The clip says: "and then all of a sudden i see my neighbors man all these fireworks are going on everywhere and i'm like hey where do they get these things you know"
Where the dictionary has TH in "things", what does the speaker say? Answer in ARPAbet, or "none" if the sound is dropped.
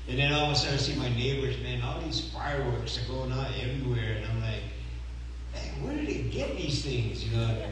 TH